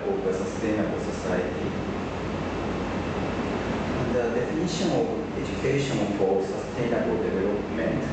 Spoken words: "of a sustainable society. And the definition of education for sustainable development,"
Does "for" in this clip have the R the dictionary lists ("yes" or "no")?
no